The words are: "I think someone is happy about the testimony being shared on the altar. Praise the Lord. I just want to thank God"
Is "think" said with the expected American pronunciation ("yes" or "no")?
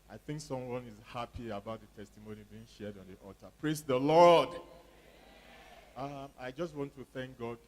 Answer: yes